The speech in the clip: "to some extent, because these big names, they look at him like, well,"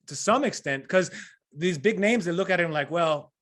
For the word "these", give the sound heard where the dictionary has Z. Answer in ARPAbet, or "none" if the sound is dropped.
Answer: Z